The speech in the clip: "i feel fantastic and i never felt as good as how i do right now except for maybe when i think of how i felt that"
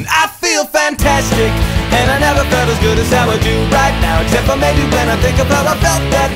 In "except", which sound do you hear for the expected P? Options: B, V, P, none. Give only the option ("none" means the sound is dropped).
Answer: P